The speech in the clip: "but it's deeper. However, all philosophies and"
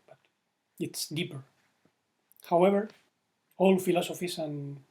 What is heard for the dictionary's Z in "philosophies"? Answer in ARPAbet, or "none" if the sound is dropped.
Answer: S